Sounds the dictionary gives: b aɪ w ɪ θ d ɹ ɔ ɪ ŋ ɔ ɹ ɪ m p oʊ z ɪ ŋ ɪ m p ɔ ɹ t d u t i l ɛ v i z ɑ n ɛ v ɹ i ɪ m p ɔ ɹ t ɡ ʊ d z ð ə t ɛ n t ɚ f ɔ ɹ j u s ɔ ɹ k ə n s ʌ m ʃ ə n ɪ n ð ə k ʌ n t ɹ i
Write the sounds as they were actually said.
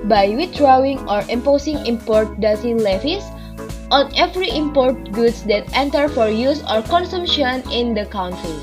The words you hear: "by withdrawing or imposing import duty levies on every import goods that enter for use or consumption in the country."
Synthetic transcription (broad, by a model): b aɪ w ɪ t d ɹ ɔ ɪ ŋ ɔ ɹ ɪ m p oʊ s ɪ ŋ ɪ m p ɔ ɹ t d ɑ s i l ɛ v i s ɑ n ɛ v ɹ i ɪ m p ɔ ɹ t ɡ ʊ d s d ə t ɛ n t ɚ f ɔ ɹ j u s ɔ ɹ k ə n s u m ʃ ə n ɪ n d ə k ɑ n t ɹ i